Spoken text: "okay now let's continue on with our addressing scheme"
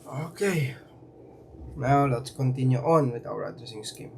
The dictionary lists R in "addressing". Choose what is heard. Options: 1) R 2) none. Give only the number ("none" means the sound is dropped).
2